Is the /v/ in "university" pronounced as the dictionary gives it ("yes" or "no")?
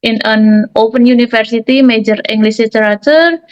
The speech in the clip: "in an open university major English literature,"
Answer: no